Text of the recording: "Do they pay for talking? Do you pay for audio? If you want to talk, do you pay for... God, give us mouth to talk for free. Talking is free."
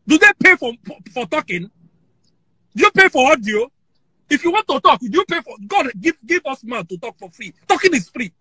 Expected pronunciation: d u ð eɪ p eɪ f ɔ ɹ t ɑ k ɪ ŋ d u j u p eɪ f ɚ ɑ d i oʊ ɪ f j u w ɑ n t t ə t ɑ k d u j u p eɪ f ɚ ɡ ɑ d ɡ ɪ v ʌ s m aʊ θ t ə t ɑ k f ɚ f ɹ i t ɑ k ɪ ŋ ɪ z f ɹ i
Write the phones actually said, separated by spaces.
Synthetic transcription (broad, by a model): d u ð eɪ p eɪ f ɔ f t ɑ k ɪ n d u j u p eɪ f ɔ ɑ d i oʊ ɪ f j u w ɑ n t t ə t ɑ k d u j u p eɪ f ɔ ɡ ɑ d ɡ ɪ v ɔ s m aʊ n t ə t ɑ k f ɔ f ɹ i t ɑ k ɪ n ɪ s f ɹ i